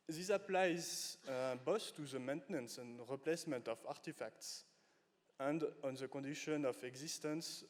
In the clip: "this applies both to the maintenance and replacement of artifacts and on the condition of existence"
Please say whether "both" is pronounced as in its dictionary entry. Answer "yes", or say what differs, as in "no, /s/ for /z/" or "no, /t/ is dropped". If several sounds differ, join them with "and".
no, /s/ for /θ/